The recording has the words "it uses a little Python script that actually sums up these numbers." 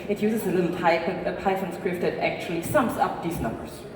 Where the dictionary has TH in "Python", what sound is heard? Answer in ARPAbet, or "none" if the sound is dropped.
F